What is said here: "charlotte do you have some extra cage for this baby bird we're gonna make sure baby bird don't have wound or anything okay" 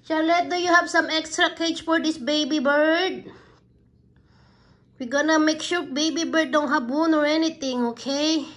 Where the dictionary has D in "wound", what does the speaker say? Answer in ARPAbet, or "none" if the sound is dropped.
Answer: none